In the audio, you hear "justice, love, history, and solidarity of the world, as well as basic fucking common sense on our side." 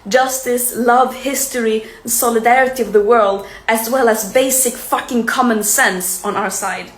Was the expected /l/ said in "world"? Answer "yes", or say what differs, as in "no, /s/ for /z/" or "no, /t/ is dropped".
yes